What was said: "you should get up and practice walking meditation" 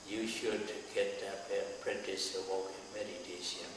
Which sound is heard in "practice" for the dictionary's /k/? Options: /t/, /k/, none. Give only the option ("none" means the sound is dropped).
none